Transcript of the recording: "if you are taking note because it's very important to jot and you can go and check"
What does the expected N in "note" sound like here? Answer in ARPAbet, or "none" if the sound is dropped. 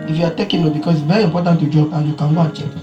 L